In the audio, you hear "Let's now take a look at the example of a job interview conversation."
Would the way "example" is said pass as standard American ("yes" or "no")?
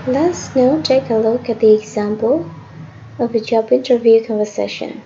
yes